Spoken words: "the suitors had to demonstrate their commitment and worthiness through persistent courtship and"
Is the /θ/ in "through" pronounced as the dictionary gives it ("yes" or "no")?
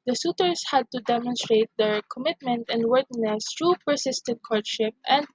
no